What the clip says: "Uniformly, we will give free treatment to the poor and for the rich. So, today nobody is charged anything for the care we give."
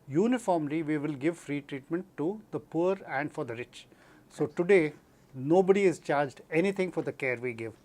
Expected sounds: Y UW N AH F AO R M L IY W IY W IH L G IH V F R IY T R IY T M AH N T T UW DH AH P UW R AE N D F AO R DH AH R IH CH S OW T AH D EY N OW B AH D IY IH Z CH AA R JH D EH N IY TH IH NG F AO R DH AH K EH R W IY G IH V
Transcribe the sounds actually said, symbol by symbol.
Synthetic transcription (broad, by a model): Y UW N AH F AO R M L IY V IY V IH L G IH V F R IY T R IY T M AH N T T UW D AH P UW R AE N D F AO R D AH R IH CH S OW T AH D EY N OW B AH D IY IH Z CH AA R JH D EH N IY T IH NG F AO R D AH K EH R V IY G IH V